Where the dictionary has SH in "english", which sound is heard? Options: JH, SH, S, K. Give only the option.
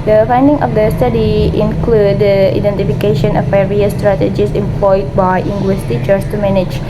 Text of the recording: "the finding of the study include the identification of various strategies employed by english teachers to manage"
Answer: S